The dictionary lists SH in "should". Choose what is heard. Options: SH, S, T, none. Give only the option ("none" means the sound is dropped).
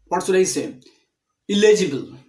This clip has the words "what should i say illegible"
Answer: S